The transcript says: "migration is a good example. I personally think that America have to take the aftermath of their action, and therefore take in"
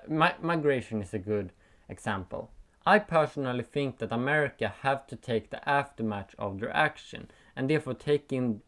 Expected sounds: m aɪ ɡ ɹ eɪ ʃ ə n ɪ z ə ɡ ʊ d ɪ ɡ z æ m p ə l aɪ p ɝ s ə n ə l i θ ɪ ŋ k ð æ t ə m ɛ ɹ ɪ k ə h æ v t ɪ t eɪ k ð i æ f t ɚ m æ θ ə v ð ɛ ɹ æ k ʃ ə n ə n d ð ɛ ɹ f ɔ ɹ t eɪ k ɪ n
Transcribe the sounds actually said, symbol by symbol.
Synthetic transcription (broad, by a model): m aɪ ɡ ɹ eɪ ʃ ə n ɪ s ə ɡ ʊ d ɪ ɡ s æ m p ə l aɪ p ɝ s ə n ə l i θ ɪ ŋ k ð æ t ə m ɛ ɹ ɪ k ə h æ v t ɪ t eɪ k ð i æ f t ɚ m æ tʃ ə v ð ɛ ɹ æ k ʃ ə n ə n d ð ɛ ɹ f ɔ ɹ t eɪ k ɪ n